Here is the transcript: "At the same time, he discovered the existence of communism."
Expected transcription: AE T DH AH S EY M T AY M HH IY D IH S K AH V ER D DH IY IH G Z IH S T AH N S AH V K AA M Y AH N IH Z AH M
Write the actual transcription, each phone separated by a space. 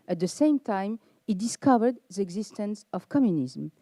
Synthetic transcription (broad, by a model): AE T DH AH S EY M T AY M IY D IH S K AH V ER D DH IY IH G Z IH S T AH N S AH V K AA M Y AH N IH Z M